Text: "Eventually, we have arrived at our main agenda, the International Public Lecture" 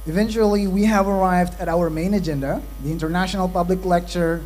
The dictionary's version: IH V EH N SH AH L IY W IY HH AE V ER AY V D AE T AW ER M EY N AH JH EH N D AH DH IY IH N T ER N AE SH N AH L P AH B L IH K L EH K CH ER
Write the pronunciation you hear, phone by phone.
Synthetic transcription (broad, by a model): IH V EH N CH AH L IY W IY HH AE V ER AY V D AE T AW ER M EY N AH JH EH N D AH DH IY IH N T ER N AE SH N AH L P AH B L IH K L EH K CH ER